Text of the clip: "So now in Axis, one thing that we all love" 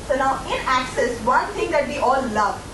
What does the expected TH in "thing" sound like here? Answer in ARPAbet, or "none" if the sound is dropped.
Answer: T